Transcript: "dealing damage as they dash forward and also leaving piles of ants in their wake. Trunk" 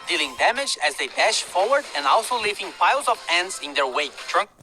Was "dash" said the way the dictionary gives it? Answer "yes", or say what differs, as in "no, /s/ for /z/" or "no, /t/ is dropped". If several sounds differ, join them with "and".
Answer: yes